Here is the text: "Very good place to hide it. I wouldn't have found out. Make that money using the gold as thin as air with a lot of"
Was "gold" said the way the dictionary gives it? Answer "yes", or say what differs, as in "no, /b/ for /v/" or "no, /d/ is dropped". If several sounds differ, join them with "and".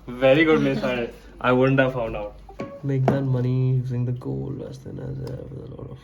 no, /d/ is dropped